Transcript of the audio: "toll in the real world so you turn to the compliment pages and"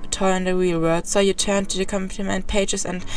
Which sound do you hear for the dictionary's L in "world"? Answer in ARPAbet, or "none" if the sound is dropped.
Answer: none